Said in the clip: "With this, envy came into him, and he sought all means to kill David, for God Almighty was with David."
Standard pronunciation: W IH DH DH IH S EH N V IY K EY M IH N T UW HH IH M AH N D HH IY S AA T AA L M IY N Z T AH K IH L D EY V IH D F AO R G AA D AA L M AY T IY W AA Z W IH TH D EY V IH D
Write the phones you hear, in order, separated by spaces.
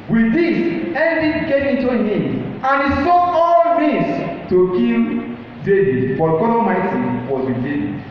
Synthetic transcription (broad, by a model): W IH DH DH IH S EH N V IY K EY M IH N T UW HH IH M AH N HH IY S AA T AA L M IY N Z T AH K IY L D EY V IH D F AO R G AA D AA M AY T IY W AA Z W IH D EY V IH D